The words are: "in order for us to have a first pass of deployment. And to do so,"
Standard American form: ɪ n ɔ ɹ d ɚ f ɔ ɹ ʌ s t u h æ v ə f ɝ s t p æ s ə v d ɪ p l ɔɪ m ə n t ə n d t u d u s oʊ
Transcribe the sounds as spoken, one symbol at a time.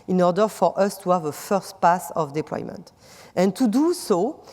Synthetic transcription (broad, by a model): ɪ n ɔ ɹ d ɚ f ɔ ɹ ʌ s t u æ v ə f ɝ s t p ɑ s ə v d ɪ p l ɔɪ m ə n t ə n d t u d u s oʊ